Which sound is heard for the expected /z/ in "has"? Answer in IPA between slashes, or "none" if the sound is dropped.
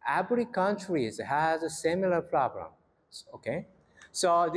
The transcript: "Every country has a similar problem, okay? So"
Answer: /z/